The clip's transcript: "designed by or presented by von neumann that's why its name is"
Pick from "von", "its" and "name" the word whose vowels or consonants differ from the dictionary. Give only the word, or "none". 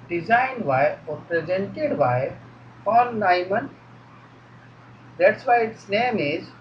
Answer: von